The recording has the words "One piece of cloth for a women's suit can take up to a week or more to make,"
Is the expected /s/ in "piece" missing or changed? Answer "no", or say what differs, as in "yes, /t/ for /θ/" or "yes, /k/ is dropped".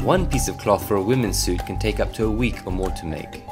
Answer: no